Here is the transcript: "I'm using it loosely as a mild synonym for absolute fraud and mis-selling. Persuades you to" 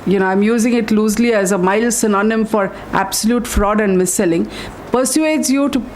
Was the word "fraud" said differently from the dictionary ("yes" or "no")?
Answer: no